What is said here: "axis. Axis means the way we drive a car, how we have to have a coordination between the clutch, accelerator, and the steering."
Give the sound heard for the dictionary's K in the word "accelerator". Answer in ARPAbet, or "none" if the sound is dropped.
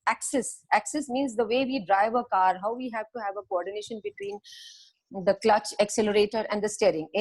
K